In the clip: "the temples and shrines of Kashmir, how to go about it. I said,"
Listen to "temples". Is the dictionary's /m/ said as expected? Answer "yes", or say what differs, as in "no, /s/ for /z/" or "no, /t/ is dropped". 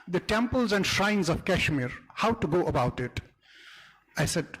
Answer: yes